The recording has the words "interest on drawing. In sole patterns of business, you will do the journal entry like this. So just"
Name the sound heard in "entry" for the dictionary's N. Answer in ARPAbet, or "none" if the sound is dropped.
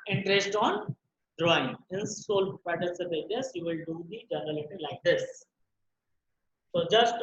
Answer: none